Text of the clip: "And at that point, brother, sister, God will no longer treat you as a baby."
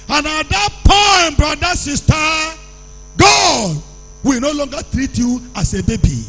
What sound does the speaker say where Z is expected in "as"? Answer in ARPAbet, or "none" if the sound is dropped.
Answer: S